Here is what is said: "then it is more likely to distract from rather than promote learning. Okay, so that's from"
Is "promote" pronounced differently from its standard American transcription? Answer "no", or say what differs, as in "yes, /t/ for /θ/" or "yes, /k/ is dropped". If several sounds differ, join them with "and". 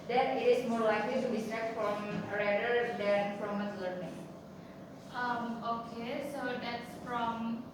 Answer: yes, /f/ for /p/